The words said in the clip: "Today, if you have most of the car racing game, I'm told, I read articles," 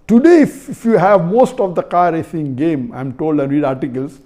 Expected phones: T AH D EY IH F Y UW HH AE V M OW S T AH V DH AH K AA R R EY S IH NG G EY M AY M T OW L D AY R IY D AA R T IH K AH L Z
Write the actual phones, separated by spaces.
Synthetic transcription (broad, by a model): T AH D EY IH F Y UW HH AE V M OW S T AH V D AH K AA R R EY S IH NG G EY M AY M T OW L D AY R IY D AA R T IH K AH L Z